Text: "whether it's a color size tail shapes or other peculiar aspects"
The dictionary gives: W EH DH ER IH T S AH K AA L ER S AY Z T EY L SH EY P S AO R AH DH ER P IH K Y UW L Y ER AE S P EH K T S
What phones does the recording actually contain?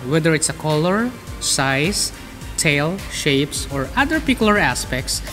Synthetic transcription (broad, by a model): W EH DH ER IH T S AH K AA L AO S AY S T EY L SH EY P S AO R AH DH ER P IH K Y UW L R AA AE S P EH K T S